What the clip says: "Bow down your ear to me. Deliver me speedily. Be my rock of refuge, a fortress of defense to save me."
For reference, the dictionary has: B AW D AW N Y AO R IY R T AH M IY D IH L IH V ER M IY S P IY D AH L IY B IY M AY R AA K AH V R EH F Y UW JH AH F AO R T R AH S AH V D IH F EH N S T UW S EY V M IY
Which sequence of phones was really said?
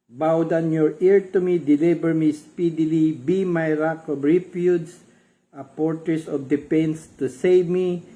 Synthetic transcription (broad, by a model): B AW D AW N Y AO R IY R T AH M IY D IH L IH B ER M IY S P IY D AH L IY B IY M AY R AA K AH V R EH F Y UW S AH P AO R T R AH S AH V D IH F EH N S T UW S EY V M IY